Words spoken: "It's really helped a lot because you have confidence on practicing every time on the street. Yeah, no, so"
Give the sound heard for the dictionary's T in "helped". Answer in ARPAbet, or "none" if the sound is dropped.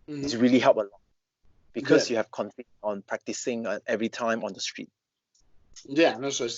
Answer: none